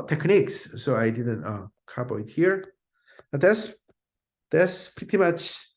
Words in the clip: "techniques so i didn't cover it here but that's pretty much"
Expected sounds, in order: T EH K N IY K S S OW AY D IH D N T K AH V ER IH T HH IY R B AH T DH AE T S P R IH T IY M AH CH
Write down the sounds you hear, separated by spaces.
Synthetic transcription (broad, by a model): T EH K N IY K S S OW AY D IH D N T K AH B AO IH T HH IY R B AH T DH AE T S P R IH T IY M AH CH